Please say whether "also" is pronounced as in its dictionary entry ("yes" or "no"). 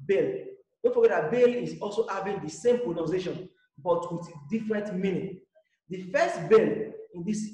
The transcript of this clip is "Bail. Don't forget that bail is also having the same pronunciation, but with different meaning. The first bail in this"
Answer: yes